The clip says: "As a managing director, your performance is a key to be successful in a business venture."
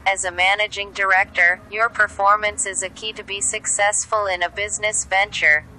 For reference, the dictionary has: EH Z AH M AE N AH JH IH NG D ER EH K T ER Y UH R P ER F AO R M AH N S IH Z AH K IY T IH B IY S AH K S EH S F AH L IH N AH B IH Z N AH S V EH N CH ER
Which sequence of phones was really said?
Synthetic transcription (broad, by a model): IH Z AH M AE N AH JH IH NG D ER EH K T ER Y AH R P ER F AO R M AH N S IH Z AH K IY T IH B IY S AH K S EH S F AH L IH N AH B IH Z N AH S V EH N CH ER